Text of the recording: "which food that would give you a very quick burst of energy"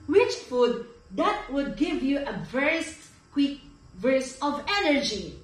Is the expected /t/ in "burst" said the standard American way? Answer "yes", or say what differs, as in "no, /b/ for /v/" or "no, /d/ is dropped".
no, /t/ is dropped